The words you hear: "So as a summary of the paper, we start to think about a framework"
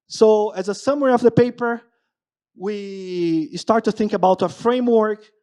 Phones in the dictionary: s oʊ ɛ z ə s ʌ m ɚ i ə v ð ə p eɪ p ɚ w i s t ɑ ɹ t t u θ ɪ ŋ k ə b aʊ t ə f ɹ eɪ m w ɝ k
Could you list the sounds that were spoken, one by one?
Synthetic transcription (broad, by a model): s oʊ ɛ z ə s ʌ m ɚ i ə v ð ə p eɪ p ɚ w i s t ɑ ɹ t t u θ ɪ ŋ k ə b aʊ t ə f ɹ eɪ m w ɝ k